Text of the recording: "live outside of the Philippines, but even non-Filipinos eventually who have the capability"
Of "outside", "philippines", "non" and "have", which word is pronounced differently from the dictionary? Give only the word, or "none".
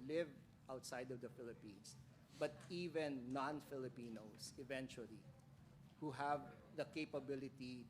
philippines